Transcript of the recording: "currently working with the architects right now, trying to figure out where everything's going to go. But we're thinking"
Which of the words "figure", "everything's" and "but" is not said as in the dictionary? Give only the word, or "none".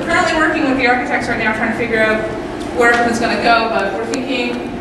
everything's